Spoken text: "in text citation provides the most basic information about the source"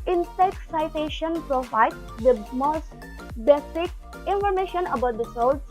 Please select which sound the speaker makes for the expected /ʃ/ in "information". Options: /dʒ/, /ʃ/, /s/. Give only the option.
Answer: /ʃ/